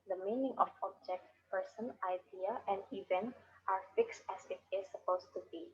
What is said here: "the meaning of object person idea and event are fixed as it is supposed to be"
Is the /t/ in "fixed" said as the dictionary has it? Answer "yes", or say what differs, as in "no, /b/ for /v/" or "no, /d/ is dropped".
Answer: yes